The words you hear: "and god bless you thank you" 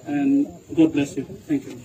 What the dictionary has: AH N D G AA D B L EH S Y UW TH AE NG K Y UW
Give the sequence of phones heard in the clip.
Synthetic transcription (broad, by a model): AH N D G AA D B L EH S Y UW T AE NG K Y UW